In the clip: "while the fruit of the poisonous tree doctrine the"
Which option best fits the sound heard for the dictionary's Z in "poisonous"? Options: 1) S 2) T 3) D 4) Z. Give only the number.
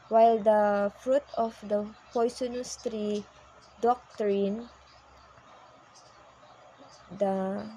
1